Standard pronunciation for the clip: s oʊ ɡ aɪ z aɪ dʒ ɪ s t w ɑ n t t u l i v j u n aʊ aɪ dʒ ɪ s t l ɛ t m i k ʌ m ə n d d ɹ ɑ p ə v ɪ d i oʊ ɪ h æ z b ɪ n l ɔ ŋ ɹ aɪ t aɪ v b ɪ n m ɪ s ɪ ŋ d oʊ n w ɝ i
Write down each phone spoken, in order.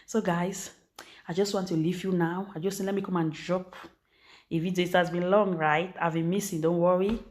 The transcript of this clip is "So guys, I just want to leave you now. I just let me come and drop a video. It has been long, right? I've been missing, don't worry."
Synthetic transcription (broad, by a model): s oʊ ɡ aɪ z aɪ dʒ ɪ s t w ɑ n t t u l i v j u n aʊ aɪ dʒ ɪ s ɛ l ɛ t m i k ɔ m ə n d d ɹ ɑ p ə f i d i ɪ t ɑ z b ɪ n l ɔ ŋ ɹ aɪ t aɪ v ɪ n m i s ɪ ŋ d oʊ n w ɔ i